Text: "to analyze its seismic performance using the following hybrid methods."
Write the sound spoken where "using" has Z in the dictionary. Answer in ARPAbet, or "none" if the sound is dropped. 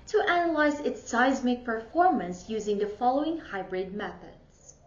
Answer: Z